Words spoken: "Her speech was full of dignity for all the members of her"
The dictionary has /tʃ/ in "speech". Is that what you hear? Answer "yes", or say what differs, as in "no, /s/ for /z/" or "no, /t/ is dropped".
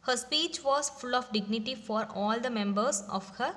yes